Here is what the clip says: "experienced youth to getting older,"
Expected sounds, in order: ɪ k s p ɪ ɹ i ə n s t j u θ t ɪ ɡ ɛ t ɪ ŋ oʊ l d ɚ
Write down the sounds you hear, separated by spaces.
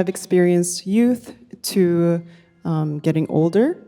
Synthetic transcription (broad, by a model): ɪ k s p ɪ ɹ i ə n s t j u θ t ɪ ɡ ɛ t ɪ ŋ oʊ l d ɚ